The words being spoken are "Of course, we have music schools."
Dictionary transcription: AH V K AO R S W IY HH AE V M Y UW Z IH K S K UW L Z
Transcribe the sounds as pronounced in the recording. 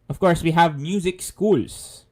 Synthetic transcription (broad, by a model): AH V K AO R S W IY HH AE V M Y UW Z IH K S K UW L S